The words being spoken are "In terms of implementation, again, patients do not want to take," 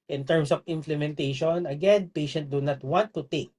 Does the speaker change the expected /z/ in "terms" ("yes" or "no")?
yes